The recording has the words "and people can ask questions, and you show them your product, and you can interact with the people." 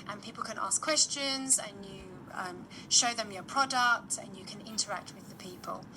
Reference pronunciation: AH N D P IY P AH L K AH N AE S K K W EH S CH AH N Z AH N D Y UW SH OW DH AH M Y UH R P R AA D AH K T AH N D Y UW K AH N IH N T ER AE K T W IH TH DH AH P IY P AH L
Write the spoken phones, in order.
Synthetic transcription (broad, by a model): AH N P IY P AH L K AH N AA S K K W EH S CH AH N Z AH N Y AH SH OW DH AH M Y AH P R AA D AH K T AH N Y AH K AH N IH N T ER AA K T W IH DH AH P IY P AH L